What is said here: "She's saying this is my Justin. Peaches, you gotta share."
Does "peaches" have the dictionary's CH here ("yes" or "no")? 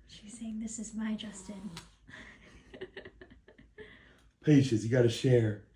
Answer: no